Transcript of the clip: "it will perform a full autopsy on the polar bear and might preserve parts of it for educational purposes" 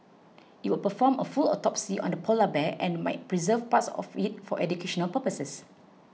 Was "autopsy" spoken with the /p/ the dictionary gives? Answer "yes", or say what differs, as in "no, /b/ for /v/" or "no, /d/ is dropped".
yes